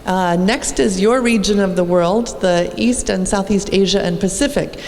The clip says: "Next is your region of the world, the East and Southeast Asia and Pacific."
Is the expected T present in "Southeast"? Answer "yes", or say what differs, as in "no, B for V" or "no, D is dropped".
yes